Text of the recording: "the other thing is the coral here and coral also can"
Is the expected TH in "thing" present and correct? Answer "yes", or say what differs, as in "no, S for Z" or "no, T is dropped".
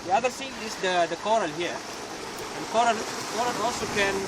no, S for TH